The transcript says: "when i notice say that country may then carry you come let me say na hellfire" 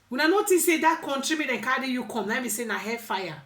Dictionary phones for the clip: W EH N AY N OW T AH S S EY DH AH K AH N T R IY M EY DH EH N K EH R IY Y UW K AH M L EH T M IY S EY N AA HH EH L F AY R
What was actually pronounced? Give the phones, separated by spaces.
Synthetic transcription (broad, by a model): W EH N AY N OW T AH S S EY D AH K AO N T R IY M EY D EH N K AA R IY Y UW K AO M N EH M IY S EY N AA HH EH F AY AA